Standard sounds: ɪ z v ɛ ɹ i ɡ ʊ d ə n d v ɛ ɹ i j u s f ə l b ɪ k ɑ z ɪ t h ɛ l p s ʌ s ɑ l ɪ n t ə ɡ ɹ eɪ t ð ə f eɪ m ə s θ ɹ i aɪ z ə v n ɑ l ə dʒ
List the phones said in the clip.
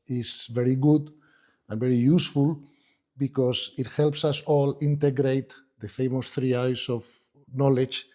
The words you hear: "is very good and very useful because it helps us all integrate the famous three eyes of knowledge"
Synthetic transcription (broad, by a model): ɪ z v ɛ ɹ i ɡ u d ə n v ɛ ɹ i j u s f ə l b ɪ k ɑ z ɪ t h ɛ l p s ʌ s ɑ l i n t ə ɡ ɹ eɪ t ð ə f eɪ m ə s θ ɹ i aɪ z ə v n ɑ l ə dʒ